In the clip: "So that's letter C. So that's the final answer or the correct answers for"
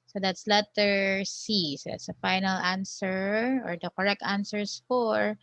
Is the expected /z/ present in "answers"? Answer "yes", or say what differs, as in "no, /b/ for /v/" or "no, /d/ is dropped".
no, /s/ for /z/